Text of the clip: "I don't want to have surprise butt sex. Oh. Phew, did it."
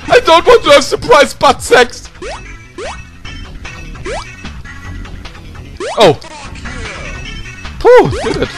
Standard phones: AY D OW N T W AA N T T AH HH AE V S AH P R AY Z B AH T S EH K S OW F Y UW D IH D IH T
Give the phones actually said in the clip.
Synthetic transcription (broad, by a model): AY D OW N T W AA N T T AH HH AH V S AH P R AY Z B AH T S EH K S OW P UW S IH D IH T